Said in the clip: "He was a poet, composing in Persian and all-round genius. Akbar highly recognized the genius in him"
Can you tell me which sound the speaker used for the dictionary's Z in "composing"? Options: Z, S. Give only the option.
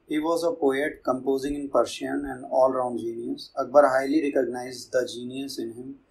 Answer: Z